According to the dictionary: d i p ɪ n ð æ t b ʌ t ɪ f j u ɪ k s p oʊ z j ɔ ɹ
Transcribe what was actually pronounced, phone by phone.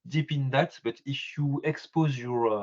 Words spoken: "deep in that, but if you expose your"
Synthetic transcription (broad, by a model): d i p ɪ n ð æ t b ʌ t ɪ f j u ɪ k s p oʊ z j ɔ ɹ